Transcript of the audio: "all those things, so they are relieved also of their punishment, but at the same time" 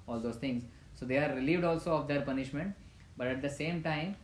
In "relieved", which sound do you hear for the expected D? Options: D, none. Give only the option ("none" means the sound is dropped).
D